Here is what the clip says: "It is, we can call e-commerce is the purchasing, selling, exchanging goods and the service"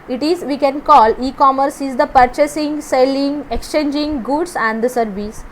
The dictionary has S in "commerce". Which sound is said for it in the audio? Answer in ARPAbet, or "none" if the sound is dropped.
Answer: S